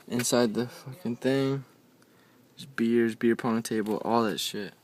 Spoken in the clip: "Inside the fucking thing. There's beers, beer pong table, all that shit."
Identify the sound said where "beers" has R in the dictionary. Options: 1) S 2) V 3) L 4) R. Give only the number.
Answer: 4